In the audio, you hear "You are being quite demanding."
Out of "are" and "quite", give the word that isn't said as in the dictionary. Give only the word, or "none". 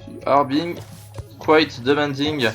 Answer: none